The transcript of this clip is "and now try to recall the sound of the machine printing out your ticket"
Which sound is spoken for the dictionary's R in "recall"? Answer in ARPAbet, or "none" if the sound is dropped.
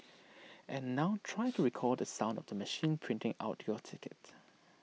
R